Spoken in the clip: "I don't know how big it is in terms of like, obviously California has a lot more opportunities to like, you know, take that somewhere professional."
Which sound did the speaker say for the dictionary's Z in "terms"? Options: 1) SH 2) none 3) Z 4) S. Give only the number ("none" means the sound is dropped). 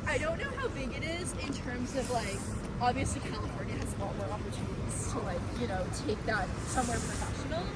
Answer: 3